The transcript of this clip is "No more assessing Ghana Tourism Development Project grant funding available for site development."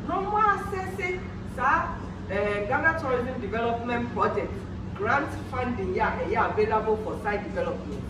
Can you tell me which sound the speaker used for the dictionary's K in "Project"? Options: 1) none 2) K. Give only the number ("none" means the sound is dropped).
1